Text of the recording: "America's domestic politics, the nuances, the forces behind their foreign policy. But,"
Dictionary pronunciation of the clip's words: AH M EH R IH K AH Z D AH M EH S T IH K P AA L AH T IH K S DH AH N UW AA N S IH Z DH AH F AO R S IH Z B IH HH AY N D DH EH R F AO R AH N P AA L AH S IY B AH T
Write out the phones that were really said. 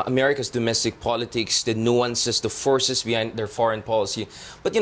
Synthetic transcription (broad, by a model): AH M EH R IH K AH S D AH M EH S T IH K P AA L AH T IH K S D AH N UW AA N S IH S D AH F AO R S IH S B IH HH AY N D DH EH R F AO R AH N P AA L AH S IY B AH T